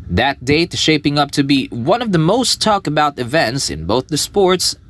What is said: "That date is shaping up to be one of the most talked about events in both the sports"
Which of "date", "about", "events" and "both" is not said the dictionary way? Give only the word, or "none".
date